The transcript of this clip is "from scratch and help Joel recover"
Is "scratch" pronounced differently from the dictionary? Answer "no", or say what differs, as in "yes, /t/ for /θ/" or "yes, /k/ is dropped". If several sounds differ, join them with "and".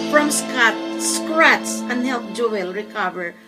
yes, /s/ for /tʃ/